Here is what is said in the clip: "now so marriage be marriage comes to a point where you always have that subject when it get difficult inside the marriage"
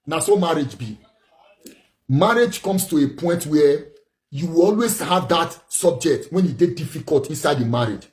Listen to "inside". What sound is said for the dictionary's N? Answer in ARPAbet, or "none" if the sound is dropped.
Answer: N